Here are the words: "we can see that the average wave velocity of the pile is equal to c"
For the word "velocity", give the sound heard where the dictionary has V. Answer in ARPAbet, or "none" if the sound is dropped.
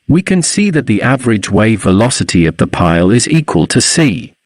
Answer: V